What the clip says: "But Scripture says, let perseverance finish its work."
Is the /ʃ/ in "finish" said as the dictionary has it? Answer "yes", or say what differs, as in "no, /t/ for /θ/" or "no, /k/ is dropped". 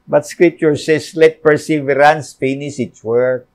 no, /s/ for /ʃ/